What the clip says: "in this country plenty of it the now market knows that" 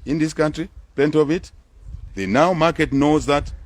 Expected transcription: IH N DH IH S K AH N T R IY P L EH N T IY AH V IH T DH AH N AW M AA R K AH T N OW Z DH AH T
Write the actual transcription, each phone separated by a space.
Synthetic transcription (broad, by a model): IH N DH IH S K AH N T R IY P EH N T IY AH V IH T DH AH N AW M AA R K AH T N OW Z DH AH T